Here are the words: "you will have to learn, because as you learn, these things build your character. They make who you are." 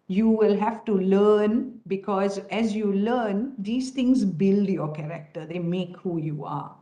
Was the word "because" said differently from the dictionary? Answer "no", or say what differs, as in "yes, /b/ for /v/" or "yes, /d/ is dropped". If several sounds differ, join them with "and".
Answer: no